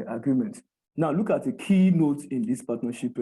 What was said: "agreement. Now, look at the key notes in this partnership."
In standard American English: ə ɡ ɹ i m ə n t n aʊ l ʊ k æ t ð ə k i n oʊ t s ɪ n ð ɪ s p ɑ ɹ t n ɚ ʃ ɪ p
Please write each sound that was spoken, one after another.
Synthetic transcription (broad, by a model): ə ɡ ɹ i m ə n t n aʊ l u k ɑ t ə k i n oʊ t ɪ n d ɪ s p ɑ t n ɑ ʃ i p